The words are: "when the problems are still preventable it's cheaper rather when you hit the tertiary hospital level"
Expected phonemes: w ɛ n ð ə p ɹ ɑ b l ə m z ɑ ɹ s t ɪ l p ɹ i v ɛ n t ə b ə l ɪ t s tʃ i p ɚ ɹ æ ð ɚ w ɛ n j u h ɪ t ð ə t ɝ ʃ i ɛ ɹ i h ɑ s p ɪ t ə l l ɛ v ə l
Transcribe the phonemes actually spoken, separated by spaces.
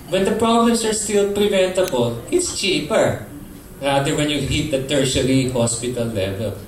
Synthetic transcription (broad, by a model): w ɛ n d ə p ɹ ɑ b l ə m s ɑ ɹ s t ɪ l p ɹ i v ɛ n t ə b ə l ɪ t s tʃ i p ɚ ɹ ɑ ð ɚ w ɛ n j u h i t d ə t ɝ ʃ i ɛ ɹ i h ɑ s p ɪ t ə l l ɛ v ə l